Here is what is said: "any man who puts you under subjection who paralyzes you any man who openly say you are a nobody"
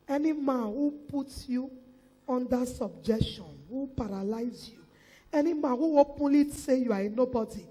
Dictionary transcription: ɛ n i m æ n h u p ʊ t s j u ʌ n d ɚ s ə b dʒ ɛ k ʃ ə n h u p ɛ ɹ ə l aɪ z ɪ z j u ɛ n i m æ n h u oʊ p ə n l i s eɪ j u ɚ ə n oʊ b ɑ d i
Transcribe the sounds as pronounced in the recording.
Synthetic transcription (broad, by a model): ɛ n i m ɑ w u p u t j u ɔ n d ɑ s ə b dʒ ɛ k ʃ ə n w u p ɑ ɹ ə l aɪ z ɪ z j u ɛ n i m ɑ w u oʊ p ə l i s eɪ j u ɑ ə n oʊ b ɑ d i